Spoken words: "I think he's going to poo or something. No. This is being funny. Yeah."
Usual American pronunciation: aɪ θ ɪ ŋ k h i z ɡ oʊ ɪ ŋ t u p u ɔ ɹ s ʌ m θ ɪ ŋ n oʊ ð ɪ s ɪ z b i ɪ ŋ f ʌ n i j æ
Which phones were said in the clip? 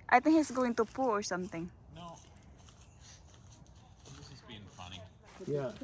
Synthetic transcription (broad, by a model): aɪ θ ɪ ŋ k h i s ɡ oʊ ɪ ŋ t u p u ɔ ɹ s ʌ m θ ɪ ŋ n oʊ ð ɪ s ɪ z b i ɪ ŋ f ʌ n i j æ